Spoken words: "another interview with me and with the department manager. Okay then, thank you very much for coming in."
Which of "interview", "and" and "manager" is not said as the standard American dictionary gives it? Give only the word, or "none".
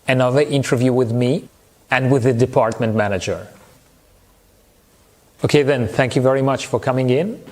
none